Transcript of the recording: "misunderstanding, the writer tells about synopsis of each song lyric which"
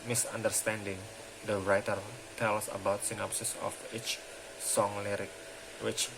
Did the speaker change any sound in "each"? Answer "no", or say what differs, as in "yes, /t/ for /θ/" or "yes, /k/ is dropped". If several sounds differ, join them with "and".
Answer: no